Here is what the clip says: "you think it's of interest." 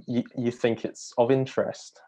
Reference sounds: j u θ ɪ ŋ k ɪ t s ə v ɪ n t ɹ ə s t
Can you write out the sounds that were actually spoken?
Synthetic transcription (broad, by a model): j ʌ θ ɪ ŋ k ɪ t s ə v ɪ n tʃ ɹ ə s t